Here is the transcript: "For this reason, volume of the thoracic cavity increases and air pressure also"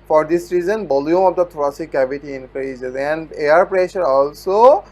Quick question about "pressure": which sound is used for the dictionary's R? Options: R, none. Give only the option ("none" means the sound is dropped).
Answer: R